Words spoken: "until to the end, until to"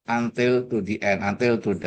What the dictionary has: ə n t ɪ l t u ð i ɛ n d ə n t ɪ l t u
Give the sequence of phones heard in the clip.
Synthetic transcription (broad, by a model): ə n t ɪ l t u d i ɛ n ə n t ɪ l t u